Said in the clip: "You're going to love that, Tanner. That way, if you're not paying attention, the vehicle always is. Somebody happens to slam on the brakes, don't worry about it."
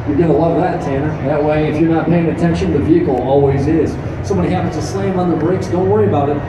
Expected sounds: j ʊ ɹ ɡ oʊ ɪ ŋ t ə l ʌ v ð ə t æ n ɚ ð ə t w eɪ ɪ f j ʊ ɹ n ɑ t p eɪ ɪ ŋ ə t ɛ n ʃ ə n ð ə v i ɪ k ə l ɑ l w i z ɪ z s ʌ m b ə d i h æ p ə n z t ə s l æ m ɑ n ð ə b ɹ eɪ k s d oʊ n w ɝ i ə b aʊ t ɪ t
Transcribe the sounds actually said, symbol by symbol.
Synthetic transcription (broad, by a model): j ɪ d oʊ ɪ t l ʌ v ð ə t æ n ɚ ð ə t w eɪ ɪ f j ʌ ɹ n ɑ t p eɪ ɪ ŋ ə t ɛ n ʃ ə n ð ə v i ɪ k l ɑ l w i z ɪ z s ʌ m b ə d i h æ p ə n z t ə s l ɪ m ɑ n ð ə b ɹ eɪ k s d oʊ n w ɝ i ə b aʊ t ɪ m